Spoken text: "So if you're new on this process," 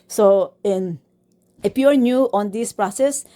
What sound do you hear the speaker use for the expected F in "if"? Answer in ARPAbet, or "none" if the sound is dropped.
P